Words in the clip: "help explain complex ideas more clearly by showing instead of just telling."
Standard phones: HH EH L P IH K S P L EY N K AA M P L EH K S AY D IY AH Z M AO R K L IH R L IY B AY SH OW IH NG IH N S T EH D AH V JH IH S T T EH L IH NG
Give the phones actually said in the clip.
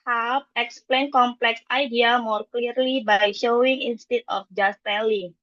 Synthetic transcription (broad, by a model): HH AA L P IH K S P L EY N K AA M P L EH K S AY D IY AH M AO R K L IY R L IY B AY SH OW IH NG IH N S T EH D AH F JH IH S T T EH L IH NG